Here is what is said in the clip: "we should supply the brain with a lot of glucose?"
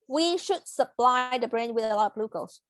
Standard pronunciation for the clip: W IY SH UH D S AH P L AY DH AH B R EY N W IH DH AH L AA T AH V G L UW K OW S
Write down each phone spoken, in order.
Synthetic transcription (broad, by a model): W IY SH UH D S AH P L AY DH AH B R EY N W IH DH AH L AA T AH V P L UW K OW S